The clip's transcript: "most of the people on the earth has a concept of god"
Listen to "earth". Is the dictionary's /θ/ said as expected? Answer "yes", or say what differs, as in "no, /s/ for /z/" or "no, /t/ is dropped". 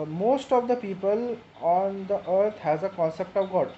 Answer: no, /t/ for /θ/